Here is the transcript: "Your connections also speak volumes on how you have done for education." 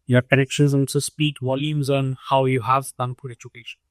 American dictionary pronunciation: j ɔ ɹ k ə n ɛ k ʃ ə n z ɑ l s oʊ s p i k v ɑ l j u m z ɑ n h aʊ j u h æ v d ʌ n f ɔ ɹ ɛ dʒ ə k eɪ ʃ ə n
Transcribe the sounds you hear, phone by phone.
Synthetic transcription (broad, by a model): j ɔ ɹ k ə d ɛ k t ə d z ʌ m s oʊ s p i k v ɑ l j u m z ɑ n h aʊ j u h æ v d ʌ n p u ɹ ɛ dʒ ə k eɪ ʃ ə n